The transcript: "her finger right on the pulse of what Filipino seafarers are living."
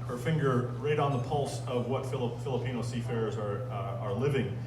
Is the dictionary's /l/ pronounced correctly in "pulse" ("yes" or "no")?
yes